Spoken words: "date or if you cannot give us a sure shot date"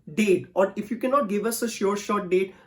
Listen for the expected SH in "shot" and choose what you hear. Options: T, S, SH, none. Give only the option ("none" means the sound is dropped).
SH